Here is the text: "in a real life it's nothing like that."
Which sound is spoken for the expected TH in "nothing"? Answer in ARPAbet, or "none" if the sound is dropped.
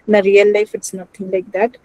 T